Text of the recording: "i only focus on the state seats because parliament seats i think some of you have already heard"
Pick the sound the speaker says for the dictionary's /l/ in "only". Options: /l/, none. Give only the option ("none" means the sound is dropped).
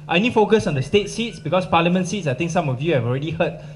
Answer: none